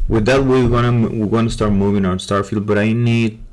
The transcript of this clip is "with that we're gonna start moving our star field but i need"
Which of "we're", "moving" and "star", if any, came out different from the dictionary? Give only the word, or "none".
we're